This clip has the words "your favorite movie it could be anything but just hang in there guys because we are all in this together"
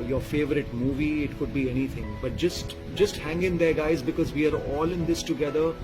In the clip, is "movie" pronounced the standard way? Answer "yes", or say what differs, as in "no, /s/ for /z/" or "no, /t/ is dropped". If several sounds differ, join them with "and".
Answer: yes